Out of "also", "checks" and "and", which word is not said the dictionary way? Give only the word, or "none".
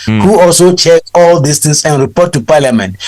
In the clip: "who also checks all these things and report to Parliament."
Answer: checks